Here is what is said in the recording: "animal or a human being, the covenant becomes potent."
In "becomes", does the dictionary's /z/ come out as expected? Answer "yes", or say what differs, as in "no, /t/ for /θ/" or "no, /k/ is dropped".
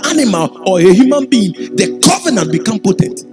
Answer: no, /z/ is dropped